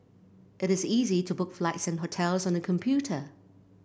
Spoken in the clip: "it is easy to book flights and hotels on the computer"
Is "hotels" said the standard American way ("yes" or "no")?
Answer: yes